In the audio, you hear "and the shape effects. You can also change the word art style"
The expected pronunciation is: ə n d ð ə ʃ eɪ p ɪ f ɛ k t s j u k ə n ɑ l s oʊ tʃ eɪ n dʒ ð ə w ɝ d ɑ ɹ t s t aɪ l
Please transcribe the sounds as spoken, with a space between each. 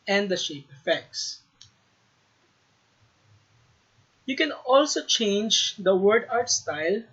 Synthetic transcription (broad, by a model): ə n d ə ʃ eɪ p ɪ f ɛ k t s j u k ə n ɑ l s oʊ tʃ eɪ n dʒ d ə w ɝ d ɑ ɹ t s t aɪ l